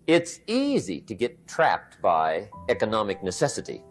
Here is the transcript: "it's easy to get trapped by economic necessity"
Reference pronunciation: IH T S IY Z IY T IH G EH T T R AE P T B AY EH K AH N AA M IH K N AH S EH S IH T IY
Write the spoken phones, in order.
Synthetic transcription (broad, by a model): IH T S IY Z IY T IH G EH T T R AE P T B AY EH K AH N AA M IH K N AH S EH S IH T IY